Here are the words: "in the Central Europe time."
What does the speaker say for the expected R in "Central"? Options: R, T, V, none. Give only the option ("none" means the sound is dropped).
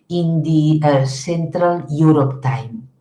R